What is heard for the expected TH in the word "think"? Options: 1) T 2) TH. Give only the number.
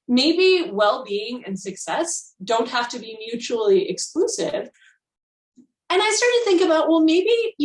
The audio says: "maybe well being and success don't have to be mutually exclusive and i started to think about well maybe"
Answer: 2